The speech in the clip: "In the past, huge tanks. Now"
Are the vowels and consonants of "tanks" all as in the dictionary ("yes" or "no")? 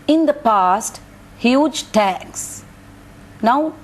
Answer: no